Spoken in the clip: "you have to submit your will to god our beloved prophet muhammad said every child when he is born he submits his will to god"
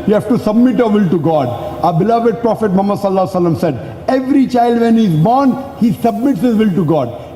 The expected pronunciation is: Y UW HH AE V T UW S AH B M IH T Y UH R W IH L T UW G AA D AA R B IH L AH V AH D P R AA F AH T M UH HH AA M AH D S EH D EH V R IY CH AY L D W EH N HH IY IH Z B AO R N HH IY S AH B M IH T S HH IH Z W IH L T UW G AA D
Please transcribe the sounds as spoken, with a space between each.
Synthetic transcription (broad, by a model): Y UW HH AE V T UW S AH B M IH T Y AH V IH L T UW G AA D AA B IH L AH V AH D P R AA F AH T M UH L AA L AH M S EH D EH V R IY CH AY L D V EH N HH IY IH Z B AO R N HH IY S AH B M IH T S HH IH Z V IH L T UW G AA D